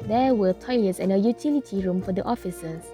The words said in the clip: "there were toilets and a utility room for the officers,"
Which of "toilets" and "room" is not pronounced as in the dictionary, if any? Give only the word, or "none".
none